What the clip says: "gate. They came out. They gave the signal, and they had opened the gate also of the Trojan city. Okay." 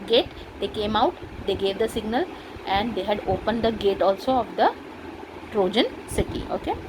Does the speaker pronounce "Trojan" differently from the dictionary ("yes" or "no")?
no